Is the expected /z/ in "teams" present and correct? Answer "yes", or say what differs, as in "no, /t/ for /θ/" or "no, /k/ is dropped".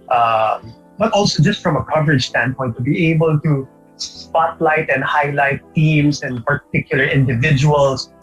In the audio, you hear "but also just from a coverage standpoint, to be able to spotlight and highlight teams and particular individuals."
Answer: no, /s/ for /z/